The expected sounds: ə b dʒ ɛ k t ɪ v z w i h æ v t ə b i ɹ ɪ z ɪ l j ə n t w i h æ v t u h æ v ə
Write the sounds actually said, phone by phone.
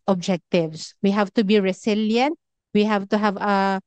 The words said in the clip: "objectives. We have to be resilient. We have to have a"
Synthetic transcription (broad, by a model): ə b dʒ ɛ k t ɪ v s w i h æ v t ə b i ɹ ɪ s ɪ l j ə n t w i h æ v t u h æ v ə